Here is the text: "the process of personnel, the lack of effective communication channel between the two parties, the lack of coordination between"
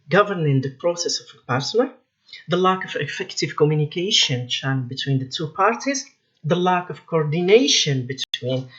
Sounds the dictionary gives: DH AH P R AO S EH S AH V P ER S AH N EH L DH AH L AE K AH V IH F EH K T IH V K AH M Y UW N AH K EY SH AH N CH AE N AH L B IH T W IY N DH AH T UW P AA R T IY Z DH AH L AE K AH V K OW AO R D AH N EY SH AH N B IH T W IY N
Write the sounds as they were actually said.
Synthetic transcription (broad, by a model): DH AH P R AO S EH S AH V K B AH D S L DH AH L AE K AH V IH F EH K T IH V K AH M Y UW N AH K EY SH AH N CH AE AH N B IH T W IY N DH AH T UW P AA R T IY Z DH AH L AE K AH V K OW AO R D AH N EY SH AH N B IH T W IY N